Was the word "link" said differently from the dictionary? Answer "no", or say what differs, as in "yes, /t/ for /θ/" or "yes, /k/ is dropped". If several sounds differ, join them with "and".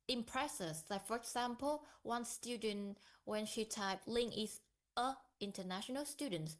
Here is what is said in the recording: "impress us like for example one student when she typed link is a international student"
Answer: yes, /k/ is dropped